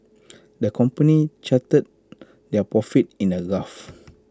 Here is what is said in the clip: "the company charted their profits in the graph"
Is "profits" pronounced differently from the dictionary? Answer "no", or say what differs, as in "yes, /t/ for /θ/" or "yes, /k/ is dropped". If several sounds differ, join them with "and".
yes, /s/ is dropped